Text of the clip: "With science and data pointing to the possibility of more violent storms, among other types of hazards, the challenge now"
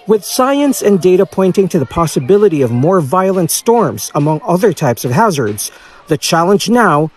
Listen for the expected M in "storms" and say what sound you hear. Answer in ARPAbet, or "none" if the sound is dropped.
M